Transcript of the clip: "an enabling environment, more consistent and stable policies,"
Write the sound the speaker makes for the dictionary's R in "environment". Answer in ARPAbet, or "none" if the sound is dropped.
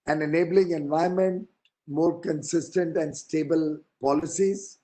none